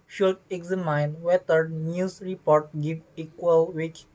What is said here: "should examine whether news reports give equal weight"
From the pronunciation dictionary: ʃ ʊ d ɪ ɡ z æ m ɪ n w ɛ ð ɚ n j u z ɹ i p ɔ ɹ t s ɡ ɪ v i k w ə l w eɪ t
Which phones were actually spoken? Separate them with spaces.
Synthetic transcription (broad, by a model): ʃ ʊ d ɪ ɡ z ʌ m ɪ n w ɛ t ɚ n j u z ɹ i p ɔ ɹ t ɡ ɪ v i k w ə l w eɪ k